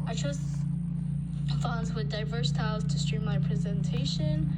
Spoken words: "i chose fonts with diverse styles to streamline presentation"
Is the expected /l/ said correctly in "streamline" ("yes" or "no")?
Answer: no